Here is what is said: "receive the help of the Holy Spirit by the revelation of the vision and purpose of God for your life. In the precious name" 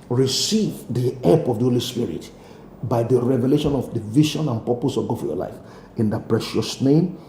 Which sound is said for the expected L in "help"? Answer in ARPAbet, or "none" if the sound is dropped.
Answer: none